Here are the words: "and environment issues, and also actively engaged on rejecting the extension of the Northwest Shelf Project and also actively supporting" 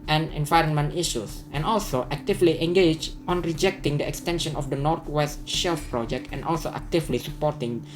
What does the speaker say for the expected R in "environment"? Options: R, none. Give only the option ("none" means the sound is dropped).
R